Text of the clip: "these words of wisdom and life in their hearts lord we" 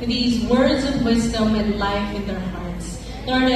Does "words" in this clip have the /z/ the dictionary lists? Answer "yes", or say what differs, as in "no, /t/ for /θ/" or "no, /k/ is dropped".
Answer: yes